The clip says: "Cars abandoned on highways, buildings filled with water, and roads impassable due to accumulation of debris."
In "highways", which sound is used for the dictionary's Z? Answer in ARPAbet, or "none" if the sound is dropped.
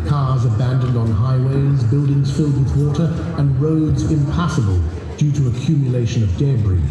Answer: Z